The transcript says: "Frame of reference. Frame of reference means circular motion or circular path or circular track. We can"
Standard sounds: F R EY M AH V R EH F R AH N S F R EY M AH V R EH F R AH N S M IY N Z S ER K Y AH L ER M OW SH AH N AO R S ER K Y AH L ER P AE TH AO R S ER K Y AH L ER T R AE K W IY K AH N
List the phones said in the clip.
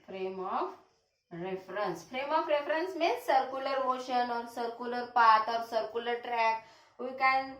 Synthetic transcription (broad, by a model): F R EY M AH F R EH F R AH N S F R EY M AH F R EH F R AH N S M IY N S ER K Y AH L ER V OW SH AH N AO R S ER K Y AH L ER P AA T AO R S ER K Y AH L ER T R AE K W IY K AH N